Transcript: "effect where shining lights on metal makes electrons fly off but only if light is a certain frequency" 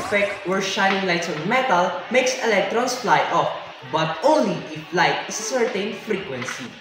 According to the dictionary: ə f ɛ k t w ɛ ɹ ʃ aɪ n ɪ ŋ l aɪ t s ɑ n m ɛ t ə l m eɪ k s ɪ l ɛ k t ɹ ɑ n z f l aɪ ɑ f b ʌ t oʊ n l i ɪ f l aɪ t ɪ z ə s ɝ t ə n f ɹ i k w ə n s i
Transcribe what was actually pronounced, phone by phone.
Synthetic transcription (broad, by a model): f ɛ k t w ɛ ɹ ʃ aɪ n ɪ ŋ l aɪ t ɑ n m ɛ t ə l m eɪ k s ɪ l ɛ k t ɹ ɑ n s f l aɪ ɑ f b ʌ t oʊ n l i ɪ f l aɪ t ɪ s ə s ɝ t ə n f ɹ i k w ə n s i